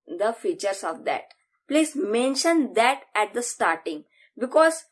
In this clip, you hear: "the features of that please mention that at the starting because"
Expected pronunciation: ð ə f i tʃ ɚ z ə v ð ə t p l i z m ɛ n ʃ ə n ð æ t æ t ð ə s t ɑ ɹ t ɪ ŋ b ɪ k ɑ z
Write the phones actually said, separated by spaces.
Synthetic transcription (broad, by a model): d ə f i tʃ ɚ s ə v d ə t p l i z m ɛ n ʃ ə n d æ t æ t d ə s t ɑ ɹ t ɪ ŋ b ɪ k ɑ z